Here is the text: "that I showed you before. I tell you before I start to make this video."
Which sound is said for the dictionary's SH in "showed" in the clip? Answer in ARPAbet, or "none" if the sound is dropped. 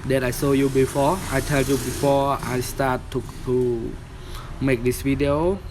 S